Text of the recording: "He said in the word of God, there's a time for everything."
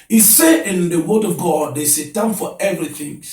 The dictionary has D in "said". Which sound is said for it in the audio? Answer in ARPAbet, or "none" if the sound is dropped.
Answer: none